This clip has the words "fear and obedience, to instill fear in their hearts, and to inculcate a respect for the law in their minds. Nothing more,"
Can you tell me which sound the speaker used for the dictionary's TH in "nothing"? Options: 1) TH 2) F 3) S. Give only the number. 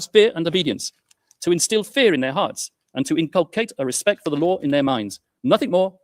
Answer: 1